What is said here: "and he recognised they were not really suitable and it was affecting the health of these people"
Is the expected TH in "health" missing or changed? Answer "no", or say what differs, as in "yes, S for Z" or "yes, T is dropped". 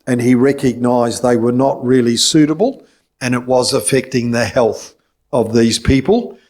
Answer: no